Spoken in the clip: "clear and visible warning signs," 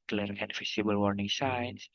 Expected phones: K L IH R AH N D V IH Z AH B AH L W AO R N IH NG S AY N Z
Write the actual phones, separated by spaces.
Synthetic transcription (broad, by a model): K L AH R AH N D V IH S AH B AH L W AO R N IH NG S AY N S